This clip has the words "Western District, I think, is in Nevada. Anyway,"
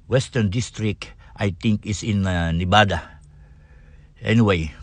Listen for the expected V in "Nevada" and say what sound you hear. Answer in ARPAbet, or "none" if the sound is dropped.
B